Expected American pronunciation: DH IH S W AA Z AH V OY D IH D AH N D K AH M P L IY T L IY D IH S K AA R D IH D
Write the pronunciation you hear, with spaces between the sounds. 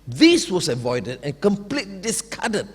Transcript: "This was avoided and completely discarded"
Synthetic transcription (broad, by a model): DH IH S W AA S AH V OY D IH D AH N K AH M P L IY T L IY D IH S K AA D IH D